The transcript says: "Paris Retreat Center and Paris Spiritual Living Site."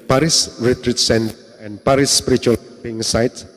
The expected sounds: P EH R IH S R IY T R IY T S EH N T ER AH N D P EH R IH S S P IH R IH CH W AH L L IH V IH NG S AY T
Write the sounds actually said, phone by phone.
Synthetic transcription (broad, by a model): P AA R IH S R IY T R IY T S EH N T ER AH N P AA R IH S S P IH R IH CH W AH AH P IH NG S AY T